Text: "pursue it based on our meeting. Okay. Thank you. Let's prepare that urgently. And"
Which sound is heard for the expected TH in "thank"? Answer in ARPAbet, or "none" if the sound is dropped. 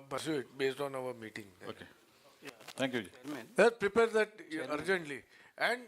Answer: T